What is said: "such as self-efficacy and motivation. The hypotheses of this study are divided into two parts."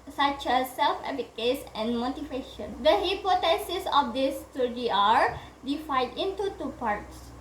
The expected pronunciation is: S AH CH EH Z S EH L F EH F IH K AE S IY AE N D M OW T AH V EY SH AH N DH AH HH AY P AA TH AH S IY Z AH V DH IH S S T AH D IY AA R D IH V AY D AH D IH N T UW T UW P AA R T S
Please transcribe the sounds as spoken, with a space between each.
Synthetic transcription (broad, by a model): S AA CH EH S EH L F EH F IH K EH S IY N M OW T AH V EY SH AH N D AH HH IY P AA T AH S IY S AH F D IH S S T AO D IY AA R D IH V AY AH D IH N T UW T UW P AA R T S